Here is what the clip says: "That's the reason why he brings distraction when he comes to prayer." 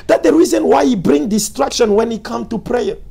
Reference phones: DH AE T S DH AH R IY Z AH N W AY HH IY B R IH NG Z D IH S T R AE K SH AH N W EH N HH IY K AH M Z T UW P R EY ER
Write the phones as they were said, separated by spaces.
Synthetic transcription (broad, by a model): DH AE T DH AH R IY Z AH N W AY HH IY B R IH NG D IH S T R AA K SH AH N W EH N HH IY K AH M T UW P R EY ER